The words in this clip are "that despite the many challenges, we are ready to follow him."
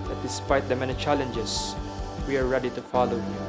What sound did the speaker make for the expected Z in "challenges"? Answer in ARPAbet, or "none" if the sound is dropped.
S